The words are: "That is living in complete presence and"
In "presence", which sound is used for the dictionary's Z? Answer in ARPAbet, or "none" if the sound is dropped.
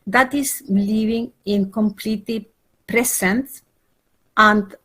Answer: S